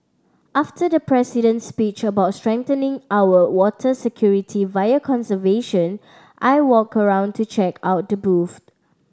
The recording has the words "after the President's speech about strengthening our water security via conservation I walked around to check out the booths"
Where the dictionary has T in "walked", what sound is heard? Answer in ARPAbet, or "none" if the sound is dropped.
none